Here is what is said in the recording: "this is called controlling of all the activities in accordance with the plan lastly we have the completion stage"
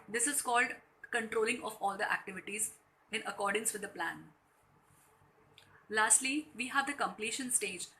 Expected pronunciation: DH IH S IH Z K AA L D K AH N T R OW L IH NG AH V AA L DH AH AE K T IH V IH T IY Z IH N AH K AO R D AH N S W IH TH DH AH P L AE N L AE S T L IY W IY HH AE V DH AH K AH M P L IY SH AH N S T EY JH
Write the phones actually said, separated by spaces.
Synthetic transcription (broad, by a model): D IH S IH Z K AA L D K AH N T R OW L IH NG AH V AA L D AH AE K T IH V IH T IY Z IH N AH K AO R D AH N S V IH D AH P L AE N L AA S T L IY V IY HH AE V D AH K AH M P L IY SH AH N S T EY JH